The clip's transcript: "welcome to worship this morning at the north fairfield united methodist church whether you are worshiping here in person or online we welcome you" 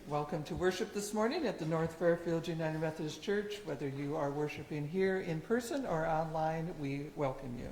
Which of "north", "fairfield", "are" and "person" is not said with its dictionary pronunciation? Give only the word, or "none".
none